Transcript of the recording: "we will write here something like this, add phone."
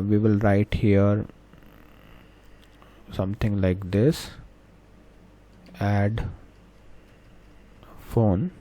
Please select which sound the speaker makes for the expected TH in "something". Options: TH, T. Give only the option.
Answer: T